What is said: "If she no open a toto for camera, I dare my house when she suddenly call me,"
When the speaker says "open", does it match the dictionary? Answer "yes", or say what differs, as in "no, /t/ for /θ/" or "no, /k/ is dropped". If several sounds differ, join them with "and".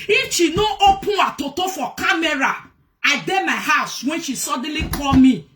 no, /n/ is dropped